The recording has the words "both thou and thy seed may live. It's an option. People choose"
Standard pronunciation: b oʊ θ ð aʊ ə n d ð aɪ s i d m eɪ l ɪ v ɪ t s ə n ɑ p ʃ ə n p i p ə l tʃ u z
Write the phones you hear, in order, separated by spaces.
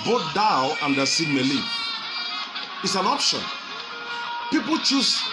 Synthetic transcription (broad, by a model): b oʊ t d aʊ ə n d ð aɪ s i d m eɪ l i ɪ t s ə n ɑ p ʃ ə n p i p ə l tʃ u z